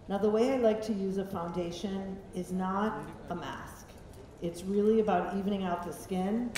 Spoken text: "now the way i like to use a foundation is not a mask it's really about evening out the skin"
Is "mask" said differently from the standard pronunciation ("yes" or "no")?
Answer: no